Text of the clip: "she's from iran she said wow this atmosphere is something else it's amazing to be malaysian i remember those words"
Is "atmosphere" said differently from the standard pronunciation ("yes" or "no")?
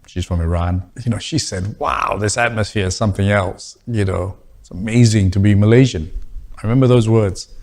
no